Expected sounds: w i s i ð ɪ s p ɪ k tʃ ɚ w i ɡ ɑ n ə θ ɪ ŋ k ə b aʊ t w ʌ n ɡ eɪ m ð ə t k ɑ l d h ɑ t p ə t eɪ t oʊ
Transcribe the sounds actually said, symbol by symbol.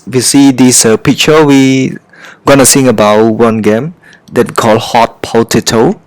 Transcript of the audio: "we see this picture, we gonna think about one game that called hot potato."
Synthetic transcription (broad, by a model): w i s i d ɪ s p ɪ k tʃ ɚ w i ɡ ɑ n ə s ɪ ŋ ə b aʊ t w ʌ n ɡ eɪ m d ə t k ɑ l h ɑ t p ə t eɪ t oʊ